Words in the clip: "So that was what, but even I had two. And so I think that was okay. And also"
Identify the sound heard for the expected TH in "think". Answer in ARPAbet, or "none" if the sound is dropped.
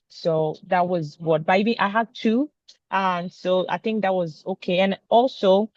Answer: TH